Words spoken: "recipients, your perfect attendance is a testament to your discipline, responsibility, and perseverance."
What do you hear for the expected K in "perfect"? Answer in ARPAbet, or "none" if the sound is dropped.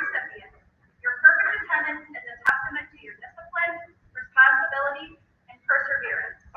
none